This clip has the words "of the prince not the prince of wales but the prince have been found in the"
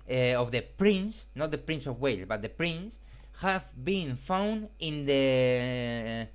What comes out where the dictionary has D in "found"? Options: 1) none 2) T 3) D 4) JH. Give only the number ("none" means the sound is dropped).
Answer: 3